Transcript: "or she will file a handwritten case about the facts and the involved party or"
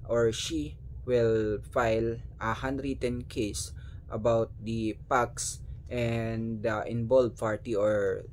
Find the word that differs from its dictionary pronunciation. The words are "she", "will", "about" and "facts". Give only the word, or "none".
facts